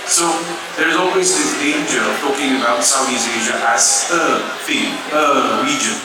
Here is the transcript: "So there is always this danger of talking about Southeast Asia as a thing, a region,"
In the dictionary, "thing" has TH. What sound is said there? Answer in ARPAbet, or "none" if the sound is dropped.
F